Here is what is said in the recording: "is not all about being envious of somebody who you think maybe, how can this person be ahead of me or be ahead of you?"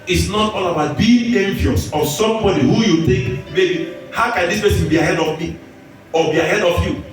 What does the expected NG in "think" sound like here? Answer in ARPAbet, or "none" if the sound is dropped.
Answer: none